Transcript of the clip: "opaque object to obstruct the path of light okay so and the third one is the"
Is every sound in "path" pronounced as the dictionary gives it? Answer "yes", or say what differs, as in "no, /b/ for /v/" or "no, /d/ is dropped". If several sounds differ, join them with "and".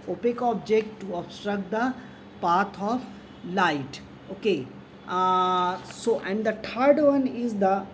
no, /t/ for /θ/